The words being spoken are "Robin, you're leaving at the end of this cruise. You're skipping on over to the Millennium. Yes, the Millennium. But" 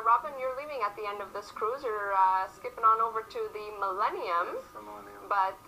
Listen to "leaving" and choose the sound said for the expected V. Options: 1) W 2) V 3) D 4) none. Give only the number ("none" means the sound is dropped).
2